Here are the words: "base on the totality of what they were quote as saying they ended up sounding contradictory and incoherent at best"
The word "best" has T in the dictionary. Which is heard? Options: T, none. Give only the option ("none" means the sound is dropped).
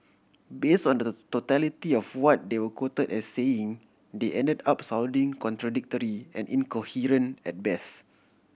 none